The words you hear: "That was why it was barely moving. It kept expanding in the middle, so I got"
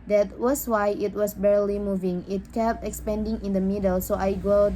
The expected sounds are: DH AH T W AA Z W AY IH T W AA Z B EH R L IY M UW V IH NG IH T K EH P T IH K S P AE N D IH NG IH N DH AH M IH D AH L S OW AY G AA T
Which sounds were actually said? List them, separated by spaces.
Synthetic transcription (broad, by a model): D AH T W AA S W AY IH T W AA S B EH R L IY M UW V IH NG IH T K EH P T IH K S P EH N D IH NG IH N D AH M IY D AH L S OW AY G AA